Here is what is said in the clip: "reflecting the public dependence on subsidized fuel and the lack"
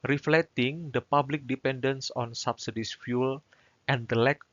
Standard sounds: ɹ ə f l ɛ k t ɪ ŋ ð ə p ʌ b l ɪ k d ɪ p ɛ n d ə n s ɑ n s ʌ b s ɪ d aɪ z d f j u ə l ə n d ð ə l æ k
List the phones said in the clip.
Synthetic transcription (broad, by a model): ɹ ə f l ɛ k t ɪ ŋ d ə p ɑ b l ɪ k d ɪ p ɛ n d ə n s ɑ n s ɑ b s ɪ d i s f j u l ə n d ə l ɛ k